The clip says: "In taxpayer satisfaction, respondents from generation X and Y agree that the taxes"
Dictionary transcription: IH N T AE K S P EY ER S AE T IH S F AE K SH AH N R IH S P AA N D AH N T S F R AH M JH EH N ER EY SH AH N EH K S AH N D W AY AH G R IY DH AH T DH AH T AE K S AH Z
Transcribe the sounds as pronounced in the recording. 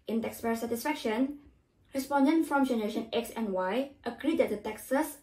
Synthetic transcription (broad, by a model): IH N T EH K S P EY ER S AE T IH S F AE K SH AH N R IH S P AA N D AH N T F R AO M JH EH N ER EY SH AH N EH K S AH N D W AY AH G R IY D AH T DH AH T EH K S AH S